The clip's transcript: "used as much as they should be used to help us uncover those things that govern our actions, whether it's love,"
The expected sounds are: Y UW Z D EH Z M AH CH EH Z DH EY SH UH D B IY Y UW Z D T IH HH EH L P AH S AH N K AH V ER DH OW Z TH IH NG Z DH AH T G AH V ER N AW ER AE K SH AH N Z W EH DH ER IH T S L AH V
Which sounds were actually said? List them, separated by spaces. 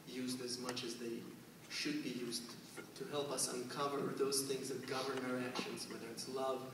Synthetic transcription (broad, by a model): Y UW Z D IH Z M AH CH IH Z DH EY SH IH D B IY Y UW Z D T IH HH EH L P AH S AH N K AH V ER DH OW Z TH IH NG Z DH AH T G AH V ER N AW ER AE K SH AH N Z W EH DH ER IH T S L AH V